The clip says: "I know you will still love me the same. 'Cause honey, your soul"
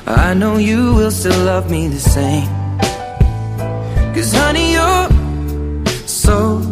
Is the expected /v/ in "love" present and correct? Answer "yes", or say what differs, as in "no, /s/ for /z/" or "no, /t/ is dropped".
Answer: yes